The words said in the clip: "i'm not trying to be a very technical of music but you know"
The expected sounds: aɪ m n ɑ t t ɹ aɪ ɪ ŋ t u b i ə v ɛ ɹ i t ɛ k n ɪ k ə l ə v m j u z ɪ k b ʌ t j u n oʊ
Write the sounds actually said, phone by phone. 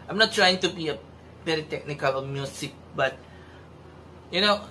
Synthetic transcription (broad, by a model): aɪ m n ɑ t t ɹ aɪ ɪ ŋ t u b i ə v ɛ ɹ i t ɛ k n ɪ k ə l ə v m j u s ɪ k b ʌ t j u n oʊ